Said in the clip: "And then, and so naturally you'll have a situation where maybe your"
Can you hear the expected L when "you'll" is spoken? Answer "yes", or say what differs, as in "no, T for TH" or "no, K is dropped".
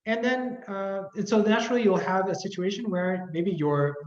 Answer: yes